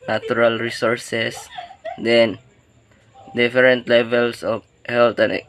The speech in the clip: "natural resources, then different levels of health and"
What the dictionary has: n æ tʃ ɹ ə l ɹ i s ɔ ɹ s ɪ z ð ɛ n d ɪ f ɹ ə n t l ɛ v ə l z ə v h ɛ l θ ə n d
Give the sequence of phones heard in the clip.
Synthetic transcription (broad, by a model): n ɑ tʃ ɹ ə l ɹ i s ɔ ɹ s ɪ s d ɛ n d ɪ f ɹ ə n t l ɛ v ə l s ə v h ɛ l t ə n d